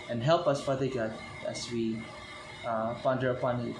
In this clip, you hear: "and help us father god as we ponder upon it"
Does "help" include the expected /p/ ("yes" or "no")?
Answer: yes